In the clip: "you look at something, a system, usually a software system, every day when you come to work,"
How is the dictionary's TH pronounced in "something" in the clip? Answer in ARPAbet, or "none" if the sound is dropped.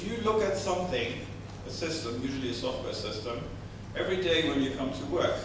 TH